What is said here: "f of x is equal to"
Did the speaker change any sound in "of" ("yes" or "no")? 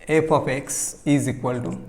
yes